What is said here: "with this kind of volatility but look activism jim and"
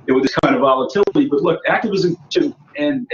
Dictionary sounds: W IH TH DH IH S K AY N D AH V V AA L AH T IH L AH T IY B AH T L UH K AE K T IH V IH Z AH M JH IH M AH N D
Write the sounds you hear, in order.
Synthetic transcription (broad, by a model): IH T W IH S K AY N D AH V V AA L AH T IH L AH T IY B AH T L UH K AE K T IH V IH Z AH M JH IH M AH N